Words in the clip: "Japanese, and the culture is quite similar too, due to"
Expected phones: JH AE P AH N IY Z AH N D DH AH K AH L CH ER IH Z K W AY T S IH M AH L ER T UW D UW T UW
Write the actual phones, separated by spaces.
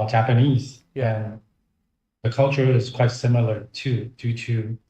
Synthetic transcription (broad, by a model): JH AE P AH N IY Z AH N DH AH K AH L CH ER IH Z K W AY T S IH M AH L ER T UW D UW T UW